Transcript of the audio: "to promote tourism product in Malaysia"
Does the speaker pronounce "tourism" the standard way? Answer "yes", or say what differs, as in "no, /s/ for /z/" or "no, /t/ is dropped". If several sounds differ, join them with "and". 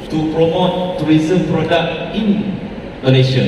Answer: no, /w/ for /ɹ/